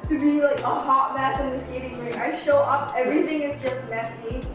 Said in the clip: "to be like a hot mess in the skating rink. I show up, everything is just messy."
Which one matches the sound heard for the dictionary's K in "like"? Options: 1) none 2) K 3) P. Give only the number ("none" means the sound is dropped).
2